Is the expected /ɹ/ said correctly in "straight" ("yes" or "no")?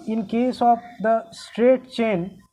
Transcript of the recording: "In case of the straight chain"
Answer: yes